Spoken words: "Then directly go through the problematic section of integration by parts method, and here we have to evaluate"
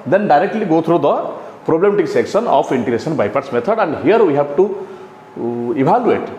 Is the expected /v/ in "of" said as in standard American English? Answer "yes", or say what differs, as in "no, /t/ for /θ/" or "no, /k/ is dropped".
no, /p/ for /v/